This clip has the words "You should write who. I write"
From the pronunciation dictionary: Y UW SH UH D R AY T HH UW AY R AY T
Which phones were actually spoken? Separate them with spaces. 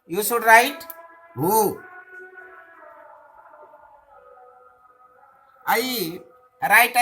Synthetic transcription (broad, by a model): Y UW S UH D R AY T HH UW AY R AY T